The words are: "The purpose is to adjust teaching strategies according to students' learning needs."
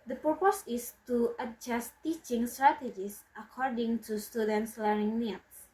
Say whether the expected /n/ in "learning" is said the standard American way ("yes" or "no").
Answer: no